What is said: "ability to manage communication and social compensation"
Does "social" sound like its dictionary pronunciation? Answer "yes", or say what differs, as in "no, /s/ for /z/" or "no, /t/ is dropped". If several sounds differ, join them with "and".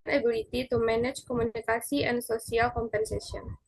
no, /s/ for /ʃ/